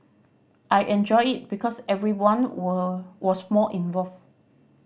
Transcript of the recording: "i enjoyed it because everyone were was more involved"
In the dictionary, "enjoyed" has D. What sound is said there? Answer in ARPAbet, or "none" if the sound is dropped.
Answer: none